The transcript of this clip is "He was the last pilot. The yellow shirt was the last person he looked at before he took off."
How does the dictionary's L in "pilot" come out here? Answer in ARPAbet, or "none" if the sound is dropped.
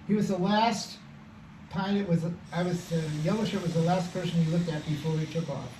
W